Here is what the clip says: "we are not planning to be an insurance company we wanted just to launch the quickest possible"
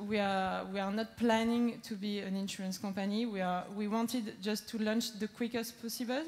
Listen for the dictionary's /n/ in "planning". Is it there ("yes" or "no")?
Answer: yes